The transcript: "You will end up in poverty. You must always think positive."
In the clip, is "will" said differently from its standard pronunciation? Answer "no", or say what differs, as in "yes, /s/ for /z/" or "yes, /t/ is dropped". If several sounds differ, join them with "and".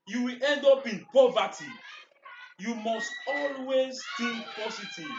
no